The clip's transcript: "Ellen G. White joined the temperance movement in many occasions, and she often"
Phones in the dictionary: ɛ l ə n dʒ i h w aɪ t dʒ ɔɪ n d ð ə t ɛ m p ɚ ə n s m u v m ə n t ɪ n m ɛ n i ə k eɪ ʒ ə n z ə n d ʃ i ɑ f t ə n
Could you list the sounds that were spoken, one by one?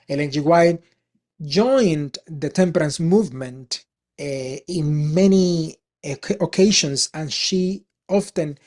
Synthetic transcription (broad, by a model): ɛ l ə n dʒ i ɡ w aɪ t dʒ ɔɪ n d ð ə t ɛ m p ɚ ə n s m u v m ə n t ɪ n m ɛ n i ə k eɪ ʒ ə n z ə n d ʃ i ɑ f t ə n